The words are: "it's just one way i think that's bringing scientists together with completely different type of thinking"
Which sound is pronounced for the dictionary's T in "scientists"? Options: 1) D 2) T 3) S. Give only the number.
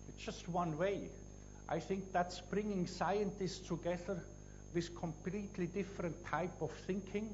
2